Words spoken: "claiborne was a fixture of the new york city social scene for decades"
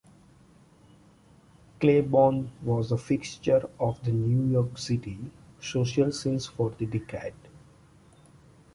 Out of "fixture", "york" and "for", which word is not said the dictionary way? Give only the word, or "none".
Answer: none